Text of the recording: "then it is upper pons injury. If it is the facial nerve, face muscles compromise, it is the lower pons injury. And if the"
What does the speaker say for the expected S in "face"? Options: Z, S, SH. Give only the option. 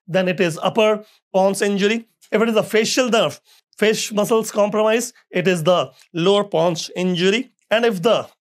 SH